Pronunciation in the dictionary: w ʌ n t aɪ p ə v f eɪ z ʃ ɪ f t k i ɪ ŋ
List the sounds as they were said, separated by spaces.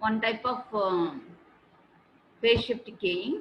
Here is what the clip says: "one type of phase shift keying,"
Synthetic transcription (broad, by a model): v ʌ n t aɪ p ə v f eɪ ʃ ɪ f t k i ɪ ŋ